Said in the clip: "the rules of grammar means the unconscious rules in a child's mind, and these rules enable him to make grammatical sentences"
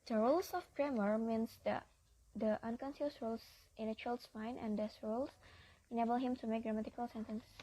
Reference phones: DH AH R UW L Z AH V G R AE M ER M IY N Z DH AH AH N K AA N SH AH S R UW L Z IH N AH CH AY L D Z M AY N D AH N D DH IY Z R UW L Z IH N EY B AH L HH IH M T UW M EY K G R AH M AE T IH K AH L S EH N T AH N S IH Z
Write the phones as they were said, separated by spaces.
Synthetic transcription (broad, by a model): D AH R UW L S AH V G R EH M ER M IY N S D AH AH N K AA N S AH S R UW L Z IH N AH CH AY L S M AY N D AH N D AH S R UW L S IH N EY B AH L HH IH M T UW M EY K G R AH M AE T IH K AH L S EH N T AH N S